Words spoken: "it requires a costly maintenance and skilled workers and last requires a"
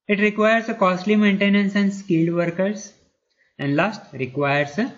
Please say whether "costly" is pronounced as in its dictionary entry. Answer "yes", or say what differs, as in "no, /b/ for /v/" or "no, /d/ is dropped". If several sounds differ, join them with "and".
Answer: yes